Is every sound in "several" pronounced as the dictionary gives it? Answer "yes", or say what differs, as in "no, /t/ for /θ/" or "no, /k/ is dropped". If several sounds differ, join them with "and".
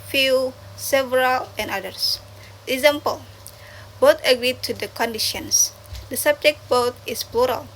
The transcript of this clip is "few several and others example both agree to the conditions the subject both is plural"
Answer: yes